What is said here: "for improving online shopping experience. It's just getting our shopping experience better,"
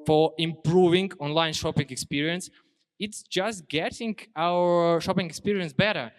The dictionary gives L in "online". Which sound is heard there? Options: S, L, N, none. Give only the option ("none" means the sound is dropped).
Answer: L